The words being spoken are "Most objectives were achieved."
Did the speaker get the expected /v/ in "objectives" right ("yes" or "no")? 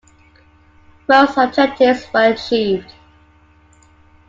no